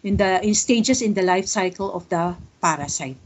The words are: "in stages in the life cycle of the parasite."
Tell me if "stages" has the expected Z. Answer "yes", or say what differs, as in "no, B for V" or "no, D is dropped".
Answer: no, S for Z